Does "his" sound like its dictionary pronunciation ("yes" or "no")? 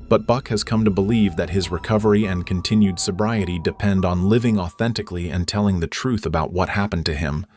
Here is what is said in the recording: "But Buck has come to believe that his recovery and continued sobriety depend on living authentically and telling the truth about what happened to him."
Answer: yes